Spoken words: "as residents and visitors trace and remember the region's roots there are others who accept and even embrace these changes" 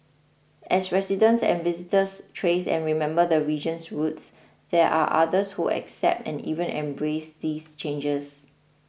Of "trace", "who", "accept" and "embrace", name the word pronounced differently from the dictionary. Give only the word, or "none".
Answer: none